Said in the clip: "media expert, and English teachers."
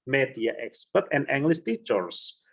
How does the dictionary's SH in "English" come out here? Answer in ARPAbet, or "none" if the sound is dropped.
S